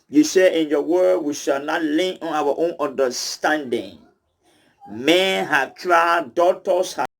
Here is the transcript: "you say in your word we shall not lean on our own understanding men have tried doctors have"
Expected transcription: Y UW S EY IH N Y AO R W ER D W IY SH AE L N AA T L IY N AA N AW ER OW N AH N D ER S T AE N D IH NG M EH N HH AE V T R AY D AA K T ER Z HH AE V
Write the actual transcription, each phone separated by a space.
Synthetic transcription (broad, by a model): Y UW S EY IH N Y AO W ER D W IY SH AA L N AA T L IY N AA N AW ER OW N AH N D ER S T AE N D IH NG M EH N HH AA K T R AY D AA T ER S HH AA